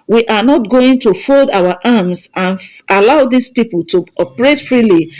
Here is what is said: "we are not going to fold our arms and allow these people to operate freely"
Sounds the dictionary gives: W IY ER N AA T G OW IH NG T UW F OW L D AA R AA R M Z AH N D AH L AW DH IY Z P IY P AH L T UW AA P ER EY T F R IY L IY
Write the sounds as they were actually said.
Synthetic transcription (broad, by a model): W IY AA N AA T G OW IH NG T UW F OW L D AA W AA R M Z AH N AH L AW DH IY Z P IY P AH L T UW AA P ER EY T F R IY L IY